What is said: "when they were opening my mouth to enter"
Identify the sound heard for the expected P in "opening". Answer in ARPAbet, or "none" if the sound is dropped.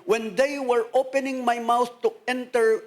P